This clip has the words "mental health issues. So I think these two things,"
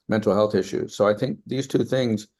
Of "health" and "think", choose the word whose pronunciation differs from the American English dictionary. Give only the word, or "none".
none